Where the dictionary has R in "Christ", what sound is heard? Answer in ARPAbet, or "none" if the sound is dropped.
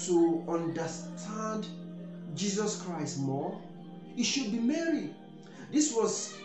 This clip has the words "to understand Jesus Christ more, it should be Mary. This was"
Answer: R